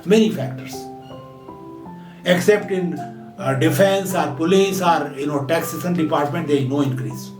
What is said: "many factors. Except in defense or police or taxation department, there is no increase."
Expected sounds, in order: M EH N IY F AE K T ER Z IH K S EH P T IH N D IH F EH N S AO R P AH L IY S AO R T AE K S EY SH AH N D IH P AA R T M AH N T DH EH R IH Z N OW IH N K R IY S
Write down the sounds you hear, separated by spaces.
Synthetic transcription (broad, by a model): M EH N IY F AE K T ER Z IH K S EH P T IH N D IH F EH N S AO R P AH L IY S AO R T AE K S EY S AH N D IH P AA R T M AH N T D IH N OW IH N K R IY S